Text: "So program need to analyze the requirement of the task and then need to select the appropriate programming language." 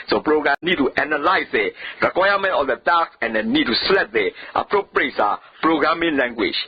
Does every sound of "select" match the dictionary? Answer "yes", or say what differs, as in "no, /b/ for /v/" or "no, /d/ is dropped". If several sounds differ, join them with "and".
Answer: no, /k/ is dropped